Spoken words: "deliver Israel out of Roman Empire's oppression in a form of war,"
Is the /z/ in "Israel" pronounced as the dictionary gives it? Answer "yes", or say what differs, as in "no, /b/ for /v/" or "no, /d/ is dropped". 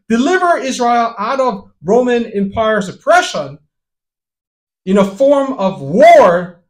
yes